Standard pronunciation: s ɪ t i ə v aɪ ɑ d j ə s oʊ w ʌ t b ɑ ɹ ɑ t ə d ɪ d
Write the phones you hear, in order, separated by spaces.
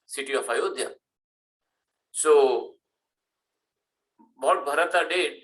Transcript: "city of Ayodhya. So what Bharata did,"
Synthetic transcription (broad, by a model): s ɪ t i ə f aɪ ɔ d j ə s oʊ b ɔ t b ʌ ɹ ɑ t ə d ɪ